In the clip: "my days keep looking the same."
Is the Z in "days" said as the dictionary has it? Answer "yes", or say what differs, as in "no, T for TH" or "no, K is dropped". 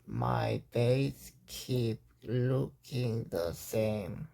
no, S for Z